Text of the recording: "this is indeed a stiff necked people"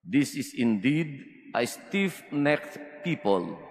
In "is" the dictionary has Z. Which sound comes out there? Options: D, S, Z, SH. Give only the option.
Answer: S